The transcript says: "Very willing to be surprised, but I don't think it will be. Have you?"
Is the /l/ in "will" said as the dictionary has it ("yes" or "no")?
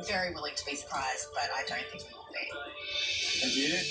no